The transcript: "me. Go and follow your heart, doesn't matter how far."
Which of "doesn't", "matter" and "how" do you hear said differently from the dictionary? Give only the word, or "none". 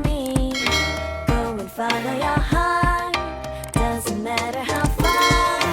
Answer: none